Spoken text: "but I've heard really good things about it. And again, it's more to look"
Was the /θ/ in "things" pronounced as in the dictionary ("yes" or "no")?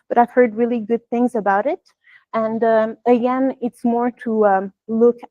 yes